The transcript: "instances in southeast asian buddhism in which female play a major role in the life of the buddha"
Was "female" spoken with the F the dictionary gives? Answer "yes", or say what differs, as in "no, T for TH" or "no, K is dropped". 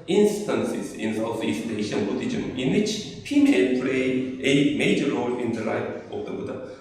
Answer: no, P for F